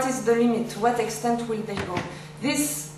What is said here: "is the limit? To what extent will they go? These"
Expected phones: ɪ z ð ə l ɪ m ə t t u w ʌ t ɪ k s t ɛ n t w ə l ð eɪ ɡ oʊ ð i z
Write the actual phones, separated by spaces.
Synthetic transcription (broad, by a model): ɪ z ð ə l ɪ m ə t t u w ʌ t ɪ k s t ɛ n t w ə l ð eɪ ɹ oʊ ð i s